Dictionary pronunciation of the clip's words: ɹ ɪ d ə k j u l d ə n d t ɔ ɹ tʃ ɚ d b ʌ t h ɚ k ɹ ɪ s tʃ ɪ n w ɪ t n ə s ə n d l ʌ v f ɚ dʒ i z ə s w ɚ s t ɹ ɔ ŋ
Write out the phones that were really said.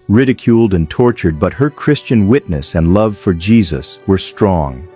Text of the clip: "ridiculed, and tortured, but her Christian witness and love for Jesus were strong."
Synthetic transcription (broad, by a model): ɹ ɪ d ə k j u l d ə n t ɔ ɹ tʃ ɚ d b ʌ t h ɚ k ɹ ɪ s tʃ ɪ n w ɪ t n ə s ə n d l ʌ v f ɚ dʒ i z ə s w ɚ s t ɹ ɔ ŋ